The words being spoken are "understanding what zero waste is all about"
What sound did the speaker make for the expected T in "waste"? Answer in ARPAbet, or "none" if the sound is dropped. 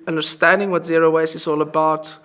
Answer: none